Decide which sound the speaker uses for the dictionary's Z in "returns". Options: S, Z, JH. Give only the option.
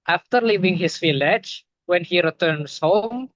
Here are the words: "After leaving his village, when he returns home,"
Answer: S